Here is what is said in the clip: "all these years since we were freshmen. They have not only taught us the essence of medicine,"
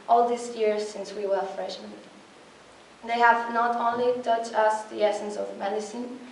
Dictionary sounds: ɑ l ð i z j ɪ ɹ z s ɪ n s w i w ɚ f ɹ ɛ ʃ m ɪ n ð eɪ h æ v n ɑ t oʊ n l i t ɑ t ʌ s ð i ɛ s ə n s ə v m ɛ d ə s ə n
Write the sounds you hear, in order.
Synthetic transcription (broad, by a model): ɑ l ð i s j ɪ ɹ s ɪ n s w i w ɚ f ɹ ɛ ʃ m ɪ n ð eɪ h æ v n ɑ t oʊ n l i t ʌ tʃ ʌ s ð i ɛ s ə n s ə v m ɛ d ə s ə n